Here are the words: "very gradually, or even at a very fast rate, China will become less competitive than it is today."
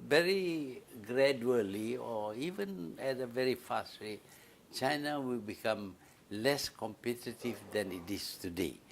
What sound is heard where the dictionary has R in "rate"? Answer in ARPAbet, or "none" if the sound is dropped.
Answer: W